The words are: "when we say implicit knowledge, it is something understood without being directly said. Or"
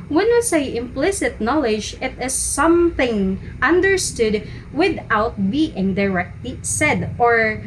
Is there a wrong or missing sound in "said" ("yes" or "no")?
no